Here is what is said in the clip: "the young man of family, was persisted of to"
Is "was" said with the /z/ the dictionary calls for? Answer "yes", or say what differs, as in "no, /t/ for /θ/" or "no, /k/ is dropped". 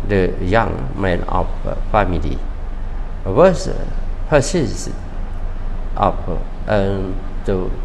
no, /s/ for /z/